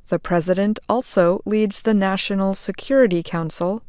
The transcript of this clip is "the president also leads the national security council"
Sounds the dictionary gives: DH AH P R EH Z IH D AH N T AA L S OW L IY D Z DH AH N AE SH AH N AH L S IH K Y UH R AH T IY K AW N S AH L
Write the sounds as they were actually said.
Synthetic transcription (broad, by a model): DH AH P R EH Z IH D AH N T AA L S OW L IY D Z DH AH N AE SH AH N L S IH K Y UH R AH T IY K AW N S L